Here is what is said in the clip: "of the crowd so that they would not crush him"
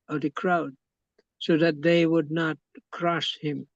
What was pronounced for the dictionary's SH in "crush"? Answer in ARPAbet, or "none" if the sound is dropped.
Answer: S